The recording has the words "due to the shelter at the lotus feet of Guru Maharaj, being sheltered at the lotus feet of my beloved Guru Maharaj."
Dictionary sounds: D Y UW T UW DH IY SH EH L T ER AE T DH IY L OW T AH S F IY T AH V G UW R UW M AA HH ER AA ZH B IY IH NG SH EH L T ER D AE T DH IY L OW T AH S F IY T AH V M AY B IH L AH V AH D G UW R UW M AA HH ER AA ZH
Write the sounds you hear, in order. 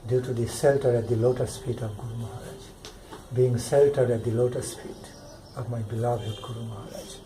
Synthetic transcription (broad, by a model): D Y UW T UW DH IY S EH L T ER AE T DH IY L OW T AH S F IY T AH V G UW R UW M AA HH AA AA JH B IY IH NG S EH L T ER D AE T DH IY L OW T AH S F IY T AH V M AY B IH L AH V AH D G UW R UW M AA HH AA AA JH